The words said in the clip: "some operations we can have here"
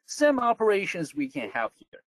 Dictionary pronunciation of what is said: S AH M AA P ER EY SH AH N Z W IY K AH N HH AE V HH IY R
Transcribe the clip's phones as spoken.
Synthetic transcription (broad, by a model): S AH M AA P ER EY SH AH N Z W IY K AH N HH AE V HH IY R